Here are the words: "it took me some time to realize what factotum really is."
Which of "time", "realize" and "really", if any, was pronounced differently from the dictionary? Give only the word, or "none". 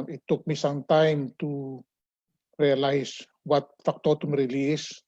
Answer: realize